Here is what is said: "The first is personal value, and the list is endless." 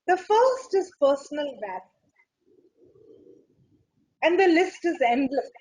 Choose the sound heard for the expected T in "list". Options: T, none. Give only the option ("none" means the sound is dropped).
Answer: T